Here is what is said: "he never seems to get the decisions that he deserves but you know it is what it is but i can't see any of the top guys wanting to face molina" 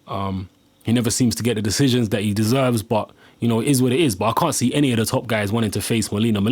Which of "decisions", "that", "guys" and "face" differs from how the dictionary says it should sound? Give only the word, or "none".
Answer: none